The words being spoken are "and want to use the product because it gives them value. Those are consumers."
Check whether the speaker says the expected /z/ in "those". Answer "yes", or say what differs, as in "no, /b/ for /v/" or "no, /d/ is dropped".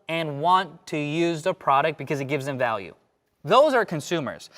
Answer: yes